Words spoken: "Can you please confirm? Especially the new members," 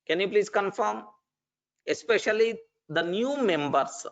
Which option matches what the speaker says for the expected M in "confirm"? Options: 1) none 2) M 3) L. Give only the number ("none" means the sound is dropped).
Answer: 2